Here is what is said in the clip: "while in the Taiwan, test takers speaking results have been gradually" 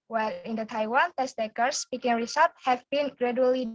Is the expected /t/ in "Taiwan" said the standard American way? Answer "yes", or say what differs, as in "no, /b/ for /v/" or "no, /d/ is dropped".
yes